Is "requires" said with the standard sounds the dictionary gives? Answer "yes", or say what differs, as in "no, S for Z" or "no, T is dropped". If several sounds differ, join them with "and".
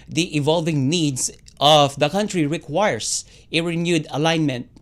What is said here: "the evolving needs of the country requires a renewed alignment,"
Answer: no, S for Z